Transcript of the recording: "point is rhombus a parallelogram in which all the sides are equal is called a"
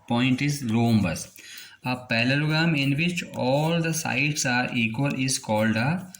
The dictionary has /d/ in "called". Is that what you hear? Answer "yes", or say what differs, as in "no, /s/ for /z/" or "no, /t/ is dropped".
yes